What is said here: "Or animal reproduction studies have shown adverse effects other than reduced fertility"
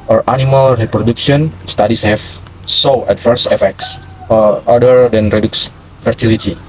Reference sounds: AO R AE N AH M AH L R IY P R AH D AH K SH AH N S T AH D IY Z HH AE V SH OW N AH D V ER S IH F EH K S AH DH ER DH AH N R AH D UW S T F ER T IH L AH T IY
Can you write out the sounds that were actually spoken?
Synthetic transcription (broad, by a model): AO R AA N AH M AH L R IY P R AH D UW K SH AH N S T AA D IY S HH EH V S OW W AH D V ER S IH F EH K S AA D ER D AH N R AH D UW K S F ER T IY L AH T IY